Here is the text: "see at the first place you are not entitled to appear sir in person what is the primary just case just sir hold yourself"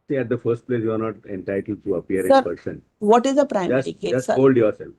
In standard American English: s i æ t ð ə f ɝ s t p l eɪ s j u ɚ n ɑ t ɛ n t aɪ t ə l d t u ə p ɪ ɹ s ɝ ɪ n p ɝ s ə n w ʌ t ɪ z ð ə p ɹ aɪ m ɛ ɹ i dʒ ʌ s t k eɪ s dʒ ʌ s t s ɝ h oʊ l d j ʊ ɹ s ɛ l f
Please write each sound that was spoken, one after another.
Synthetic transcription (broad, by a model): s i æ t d ə f ɝ s t p l eɪ s j u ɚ n ɑ t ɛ n t aɪ t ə l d t u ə p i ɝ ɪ p ɝ s ə n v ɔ t ɪ z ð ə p ɹ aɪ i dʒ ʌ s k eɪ dʒ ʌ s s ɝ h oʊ l d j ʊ ɹ s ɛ l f